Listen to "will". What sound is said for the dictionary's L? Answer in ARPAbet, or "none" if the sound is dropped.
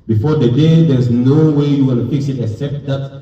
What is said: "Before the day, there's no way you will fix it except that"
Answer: N